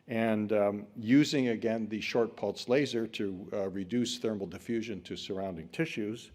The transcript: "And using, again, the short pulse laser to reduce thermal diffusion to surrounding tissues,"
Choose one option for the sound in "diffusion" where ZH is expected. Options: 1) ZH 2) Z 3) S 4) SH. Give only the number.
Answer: 1